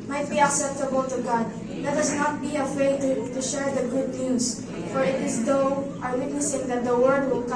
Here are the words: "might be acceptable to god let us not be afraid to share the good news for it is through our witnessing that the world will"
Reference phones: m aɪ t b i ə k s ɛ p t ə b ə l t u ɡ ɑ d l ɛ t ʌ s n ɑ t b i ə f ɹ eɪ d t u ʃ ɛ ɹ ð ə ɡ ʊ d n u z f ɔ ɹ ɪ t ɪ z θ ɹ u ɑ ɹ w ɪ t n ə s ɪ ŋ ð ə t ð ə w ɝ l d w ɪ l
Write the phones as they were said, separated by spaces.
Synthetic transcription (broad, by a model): m aɪ t b i ə k s ɛ p t ə b ə l t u ɡ ɑ d l ɛ t ʌ s n ɑ t b i ə f ɹ eɪ d t u ʃ ɛ ɹ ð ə ɡ ʊ d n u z f ɔ ɹ ɪ t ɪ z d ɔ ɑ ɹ w ɪ t n ə s ɪ ŋ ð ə t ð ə w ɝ d w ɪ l